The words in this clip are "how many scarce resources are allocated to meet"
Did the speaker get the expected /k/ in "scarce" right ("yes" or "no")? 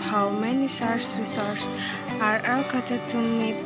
no